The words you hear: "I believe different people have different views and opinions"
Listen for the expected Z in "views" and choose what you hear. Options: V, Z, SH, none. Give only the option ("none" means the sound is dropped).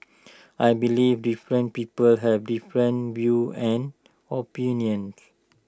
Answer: none